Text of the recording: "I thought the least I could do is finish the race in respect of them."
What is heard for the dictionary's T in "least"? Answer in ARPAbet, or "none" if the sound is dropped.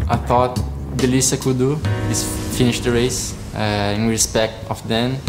none